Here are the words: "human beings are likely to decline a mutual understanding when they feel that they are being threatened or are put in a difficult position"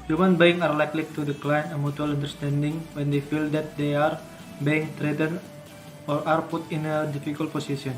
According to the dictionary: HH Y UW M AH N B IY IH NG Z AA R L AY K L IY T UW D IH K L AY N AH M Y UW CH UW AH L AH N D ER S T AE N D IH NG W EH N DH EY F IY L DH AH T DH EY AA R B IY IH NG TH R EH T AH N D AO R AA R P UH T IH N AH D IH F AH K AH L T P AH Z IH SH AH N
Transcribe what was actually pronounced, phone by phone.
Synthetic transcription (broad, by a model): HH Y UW M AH N B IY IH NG AA R L AY K L IY T UW D IH K L AY N AH M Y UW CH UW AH L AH N D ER S T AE N D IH NG W EH N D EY F IY L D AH T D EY AA R B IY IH NG T R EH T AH N AO R AA R P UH T IH N AH D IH F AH K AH L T P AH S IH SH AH N